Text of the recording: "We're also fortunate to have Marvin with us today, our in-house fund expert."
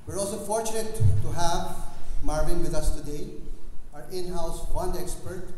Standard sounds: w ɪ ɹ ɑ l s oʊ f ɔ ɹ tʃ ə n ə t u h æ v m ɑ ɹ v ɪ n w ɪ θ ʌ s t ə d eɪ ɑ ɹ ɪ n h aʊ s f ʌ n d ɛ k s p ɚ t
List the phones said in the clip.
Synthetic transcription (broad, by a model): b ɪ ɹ ɑ l s oʊ f ɔ ɹ tʃ ə n ə t u h æ v m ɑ ɹ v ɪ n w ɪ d ʌ s t ə d eɪ ɑ ɹ ɪ n h aʊ s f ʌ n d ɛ k s p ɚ t